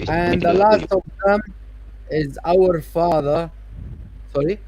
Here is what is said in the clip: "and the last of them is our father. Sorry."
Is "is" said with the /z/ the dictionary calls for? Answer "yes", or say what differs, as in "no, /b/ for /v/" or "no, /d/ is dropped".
yes